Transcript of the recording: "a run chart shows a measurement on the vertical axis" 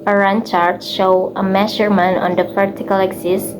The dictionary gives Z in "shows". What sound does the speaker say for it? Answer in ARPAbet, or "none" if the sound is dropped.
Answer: none